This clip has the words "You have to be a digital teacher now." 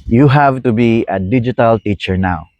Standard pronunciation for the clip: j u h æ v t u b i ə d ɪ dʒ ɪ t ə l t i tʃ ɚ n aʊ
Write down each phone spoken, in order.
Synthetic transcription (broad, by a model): j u h æ v t u b i ə d ɪ dʒ ɪ t ə l t i tʃ ɚ n aʊ